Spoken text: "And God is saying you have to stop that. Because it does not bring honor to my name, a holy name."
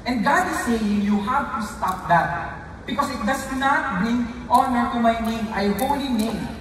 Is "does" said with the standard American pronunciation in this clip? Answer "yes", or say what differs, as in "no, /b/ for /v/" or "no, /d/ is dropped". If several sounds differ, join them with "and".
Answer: no, /s/ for /z/